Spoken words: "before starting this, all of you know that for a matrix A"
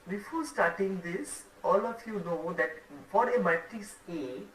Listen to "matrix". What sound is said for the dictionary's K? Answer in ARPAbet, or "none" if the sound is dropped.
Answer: none